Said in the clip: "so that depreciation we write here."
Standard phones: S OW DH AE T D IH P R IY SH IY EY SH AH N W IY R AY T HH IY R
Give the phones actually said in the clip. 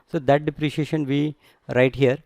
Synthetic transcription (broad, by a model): S OW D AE T D IH P R IY SH IY EY SH AH N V IY R AY T HH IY R